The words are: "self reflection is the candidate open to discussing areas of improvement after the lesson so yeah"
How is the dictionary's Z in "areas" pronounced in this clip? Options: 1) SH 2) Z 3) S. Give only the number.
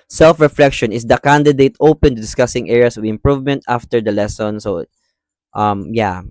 3